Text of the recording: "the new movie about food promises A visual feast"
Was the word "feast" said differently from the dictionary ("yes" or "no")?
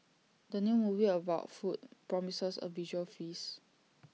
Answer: yes